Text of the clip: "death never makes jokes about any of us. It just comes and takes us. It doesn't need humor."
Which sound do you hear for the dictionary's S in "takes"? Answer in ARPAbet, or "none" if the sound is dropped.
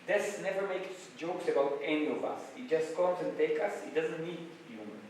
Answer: none